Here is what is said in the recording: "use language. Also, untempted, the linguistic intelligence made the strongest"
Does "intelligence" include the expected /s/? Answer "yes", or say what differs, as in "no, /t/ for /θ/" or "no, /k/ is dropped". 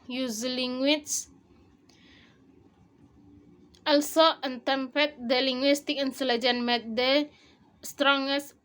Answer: no, /s/ is dropped